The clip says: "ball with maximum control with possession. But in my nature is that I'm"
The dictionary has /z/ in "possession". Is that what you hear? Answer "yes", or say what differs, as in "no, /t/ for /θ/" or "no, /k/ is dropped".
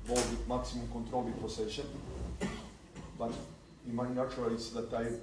no, /s/ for /z/